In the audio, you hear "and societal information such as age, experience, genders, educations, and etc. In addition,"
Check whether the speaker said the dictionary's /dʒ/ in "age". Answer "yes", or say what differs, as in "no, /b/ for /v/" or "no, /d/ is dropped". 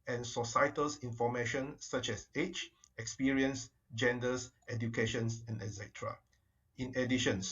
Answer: no, /tʃ/ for /dʒ/